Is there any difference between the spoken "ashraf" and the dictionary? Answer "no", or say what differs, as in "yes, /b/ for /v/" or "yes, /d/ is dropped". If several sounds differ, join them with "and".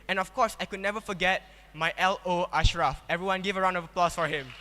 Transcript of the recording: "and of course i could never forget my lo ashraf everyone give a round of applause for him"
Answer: no